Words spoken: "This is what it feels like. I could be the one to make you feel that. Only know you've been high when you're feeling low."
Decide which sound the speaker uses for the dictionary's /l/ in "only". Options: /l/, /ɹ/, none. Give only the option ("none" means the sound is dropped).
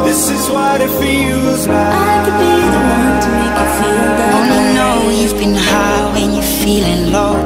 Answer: none